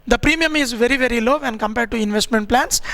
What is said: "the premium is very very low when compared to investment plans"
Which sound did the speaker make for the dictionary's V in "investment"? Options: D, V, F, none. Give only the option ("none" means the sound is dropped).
V